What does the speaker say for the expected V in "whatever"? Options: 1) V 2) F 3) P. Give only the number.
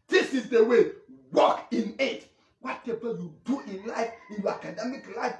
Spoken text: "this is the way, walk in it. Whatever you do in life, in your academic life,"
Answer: 3